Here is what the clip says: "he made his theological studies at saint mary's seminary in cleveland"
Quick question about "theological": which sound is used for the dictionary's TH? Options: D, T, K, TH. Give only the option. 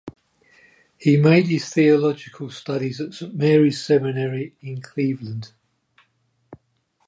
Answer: TH